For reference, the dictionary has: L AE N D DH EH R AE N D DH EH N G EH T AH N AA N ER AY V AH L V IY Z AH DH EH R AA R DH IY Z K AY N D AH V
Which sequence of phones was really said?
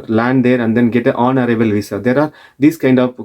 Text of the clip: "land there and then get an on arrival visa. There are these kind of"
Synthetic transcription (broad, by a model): L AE N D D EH R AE N D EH N G EH T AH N AA N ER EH B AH L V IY S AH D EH R AA R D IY S K AY N D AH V